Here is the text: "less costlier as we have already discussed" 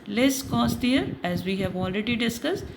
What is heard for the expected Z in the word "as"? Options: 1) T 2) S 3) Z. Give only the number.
3